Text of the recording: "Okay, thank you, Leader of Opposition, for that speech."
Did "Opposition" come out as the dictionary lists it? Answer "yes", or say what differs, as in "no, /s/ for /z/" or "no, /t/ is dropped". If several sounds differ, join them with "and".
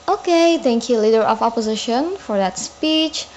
yes